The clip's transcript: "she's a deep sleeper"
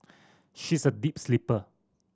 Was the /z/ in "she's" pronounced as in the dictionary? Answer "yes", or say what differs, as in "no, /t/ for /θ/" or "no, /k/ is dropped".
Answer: no, /s/ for /z/